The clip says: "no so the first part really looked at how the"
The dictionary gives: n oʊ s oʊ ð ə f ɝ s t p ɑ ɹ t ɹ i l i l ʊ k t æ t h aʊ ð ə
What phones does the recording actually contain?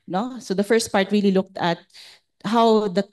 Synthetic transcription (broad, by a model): n oʊ s oʊ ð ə f ɝ s t p ɑ ɹ t ɹ i l i l ʊ k t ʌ t h aʊ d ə